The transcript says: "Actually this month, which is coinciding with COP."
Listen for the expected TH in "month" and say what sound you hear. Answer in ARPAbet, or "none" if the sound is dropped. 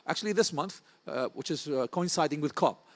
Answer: TH